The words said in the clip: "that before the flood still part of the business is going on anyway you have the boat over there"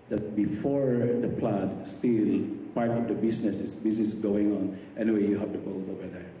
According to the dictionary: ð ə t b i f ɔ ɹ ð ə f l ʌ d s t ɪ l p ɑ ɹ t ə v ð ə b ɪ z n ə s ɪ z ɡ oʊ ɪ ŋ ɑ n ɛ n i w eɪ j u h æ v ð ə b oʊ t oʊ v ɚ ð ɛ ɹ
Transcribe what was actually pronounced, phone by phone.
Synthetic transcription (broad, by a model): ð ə t b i f ɔ ɹ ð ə p l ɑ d s t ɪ l p ɑ ɹ t ə v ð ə b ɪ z n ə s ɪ s ɡ oʊ ɪ ŋ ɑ n ɛ n i w eɪ j u h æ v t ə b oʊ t oʊ v ɚ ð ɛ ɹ